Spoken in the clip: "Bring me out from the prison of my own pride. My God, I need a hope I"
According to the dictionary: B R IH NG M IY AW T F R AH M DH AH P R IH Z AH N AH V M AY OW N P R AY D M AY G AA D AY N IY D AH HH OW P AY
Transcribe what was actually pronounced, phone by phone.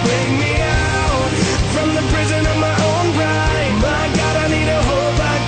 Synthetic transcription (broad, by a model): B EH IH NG M IY AW T F R AH M DH AH P R IH Z AH N AH V M AY OW N B R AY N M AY G AA D AY N IY D AH HH OW B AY